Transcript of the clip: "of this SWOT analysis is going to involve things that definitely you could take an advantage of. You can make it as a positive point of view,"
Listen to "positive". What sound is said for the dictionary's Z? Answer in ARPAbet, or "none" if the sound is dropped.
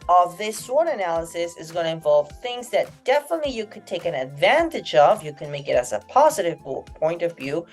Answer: Z